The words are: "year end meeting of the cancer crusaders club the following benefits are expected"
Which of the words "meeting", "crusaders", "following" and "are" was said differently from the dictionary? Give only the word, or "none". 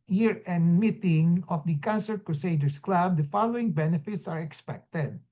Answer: crusaders